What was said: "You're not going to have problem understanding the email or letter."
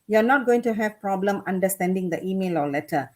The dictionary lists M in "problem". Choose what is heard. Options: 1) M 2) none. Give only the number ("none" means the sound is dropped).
1